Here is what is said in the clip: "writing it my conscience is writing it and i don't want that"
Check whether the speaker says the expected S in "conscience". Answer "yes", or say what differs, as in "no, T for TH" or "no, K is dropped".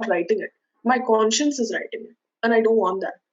yes